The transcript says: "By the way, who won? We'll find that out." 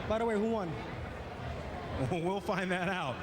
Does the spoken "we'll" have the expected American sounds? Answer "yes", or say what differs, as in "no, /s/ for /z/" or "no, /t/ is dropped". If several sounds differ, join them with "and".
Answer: yes